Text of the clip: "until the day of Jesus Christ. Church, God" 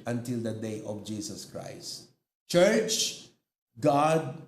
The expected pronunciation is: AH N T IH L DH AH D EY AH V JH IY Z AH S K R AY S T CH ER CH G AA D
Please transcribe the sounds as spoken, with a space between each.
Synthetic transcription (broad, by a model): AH N T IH L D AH D EY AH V JH IY S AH S K R AY S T CH ER CH G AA D